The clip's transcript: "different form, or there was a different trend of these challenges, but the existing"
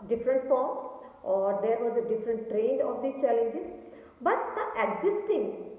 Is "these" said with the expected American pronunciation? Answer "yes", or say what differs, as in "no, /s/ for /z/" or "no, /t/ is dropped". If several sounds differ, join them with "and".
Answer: no, /z/ is dropped